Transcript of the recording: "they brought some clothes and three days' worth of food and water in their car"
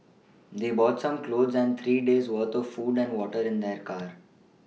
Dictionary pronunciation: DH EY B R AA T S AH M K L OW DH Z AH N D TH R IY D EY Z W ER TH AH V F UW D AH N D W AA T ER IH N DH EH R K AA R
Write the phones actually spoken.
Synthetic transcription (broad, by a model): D EY B AA T S AH M K L OW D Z AH N D T R IY D EY Z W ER T AH V F UW D AH N D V AA T ER IH N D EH R K AA R